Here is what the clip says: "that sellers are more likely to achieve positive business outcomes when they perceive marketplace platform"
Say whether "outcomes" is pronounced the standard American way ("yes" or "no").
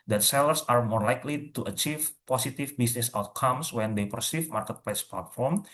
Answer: no